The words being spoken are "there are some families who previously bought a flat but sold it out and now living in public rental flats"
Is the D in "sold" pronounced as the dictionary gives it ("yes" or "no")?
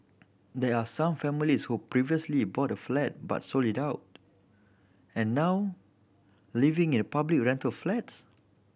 no